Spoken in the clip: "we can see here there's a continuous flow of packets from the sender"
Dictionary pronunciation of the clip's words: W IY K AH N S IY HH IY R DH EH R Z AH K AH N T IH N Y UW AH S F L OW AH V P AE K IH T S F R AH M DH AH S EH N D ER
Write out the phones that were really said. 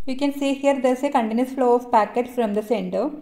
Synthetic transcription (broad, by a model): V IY K AH N S IY HH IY R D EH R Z AH K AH N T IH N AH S F L OW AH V P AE K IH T F R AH M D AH S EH N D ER